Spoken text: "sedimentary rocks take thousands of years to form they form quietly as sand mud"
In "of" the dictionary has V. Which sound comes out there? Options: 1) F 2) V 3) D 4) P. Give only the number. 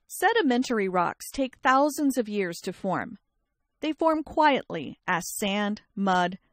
2